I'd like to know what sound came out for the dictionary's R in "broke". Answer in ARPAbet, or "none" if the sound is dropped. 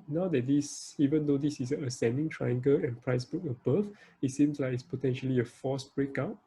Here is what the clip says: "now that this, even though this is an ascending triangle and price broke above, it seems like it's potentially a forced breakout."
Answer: none